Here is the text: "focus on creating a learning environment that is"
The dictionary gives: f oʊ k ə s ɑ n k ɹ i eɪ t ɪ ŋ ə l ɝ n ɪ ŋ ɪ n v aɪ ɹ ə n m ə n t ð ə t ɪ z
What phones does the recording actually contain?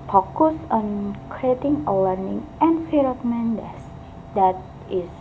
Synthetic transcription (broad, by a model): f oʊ k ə s ɑ n k ɹ i eɪ t ɪ ŋ ə l ɝ n ɪ ŋ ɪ n f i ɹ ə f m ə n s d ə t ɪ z